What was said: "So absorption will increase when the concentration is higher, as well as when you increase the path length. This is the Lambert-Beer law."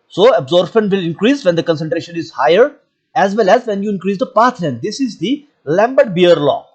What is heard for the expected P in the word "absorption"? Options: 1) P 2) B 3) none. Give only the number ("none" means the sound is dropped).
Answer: 2